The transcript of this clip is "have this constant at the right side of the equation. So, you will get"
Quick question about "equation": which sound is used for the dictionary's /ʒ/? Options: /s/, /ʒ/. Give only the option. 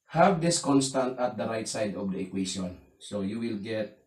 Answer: /s/